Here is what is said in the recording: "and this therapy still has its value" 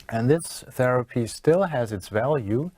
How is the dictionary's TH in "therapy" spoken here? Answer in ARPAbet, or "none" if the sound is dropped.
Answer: TH